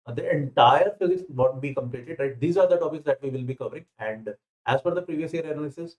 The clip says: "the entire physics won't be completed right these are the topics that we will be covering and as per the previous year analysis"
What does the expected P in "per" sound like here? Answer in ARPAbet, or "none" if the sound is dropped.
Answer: F